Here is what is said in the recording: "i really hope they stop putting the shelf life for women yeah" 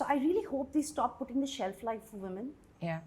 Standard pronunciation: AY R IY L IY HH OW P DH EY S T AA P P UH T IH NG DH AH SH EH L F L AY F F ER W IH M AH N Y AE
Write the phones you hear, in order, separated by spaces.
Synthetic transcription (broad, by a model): AY R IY L IY HH OW P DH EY S T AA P P UH T IH NG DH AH SH EH L F L AY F F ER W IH M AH N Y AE